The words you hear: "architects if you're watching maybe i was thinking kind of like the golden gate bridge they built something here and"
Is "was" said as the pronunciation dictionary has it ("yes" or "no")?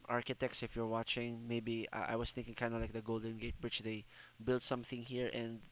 no